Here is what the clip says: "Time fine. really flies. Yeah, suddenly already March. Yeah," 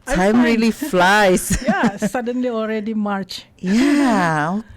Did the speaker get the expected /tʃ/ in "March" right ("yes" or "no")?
yes